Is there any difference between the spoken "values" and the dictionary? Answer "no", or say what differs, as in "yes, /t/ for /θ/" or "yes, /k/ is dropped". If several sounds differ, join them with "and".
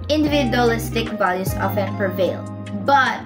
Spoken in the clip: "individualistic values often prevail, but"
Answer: yes, /s/ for /z/